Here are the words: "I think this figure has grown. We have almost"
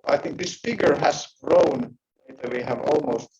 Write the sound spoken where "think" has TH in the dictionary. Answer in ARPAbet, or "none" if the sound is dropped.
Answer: TH